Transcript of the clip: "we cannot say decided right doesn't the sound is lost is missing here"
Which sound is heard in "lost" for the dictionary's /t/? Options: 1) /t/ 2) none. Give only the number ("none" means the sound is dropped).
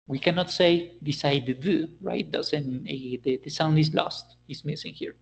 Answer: 1